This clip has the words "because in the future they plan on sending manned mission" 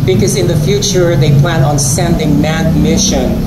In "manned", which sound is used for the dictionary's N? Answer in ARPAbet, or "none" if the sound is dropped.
none